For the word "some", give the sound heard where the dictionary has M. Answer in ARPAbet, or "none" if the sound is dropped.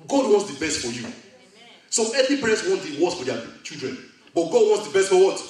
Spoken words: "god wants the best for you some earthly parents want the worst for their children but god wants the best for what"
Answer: none